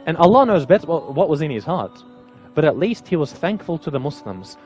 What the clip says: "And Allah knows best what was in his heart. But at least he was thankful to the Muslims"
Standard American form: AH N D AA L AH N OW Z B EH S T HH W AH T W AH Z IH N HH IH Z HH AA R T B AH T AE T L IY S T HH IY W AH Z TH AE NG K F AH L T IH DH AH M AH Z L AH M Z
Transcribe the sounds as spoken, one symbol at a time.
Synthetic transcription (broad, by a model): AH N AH L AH N OW Z B EH S T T W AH T W AH Z IH N IH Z HH AA R T B AH T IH T L IY S T HH IY W AH Z TH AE NG K F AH L T IH DH AH M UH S L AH M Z